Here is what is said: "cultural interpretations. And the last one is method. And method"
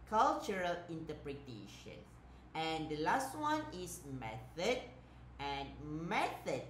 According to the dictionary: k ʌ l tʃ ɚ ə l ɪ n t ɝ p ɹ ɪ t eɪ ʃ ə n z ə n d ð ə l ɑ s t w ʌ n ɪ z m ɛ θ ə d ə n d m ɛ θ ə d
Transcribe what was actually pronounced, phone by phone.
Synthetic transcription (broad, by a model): k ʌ l tʃ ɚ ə l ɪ n t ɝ p ɹ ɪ t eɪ ʃ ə n ə n d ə l ɑ s t w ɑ n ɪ s m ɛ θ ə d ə n m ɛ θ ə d